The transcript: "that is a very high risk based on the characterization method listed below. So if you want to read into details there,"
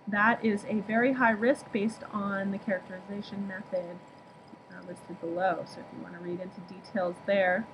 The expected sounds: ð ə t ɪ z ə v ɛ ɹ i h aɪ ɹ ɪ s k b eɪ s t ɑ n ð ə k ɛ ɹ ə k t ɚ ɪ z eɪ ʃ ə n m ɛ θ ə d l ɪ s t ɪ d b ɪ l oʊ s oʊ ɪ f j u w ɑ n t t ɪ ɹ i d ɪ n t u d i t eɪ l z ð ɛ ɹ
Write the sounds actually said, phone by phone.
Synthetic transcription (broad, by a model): ð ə t ɪ z ə v ɛ ɹ i h aɪ ɹ ɪ s k b eɪ s t n ð ə k ɛ ɹ ə k t ɚ ɪ z eɪ ʃ ə n m ɛ θ ə d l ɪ s t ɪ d b ɪ l oʊ s oʊ ɪ f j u w ɑ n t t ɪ ɹ i d ɪ n t u d i t eɪ l z ð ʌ ɹ